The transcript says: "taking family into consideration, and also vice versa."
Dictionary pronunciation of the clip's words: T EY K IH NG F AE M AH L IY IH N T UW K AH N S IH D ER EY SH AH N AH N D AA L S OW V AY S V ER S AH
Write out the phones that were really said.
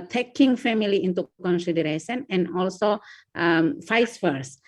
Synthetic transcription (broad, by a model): T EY K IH NG F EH M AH L IY IH N T UW K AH N S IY D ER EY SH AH N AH N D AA L S OW F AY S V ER S